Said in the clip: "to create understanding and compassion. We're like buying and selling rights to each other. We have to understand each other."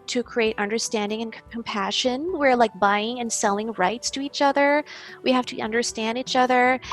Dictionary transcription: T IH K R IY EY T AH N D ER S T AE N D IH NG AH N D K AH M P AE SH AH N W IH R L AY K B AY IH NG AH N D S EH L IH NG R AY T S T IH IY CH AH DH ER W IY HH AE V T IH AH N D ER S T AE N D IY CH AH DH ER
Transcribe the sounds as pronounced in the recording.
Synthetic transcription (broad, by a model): T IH K R IY EY T AH N D ER S T AE N D IH NG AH N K K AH M P AE SH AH N W IH R L AY K B AY IH NG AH N S EH L IH NG R AY T S T IH IY CH AH DH ER W IY HH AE F T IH AH N D ER S T AE N D IY CH AH DH ER